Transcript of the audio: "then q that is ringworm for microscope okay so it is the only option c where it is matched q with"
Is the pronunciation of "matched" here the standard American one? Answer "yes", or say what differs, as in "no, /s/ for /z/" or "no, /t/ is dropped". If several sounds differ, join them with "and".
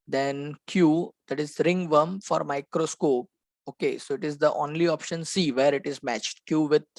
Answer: yes